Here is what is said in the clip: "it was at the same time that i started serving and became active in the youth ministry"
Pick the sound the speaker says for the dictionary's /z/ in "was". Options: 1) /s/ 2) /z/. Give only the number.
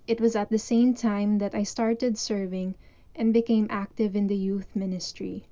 2